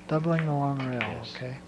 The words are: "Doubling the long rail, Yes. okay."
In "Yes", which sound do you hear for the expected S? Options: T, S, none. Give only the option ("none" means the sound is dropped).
none